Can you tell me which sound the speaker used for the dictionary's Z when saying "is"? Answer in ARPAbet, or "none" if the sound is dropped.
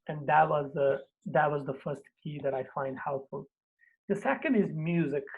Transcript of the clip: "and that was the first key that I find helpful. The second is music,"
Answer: Z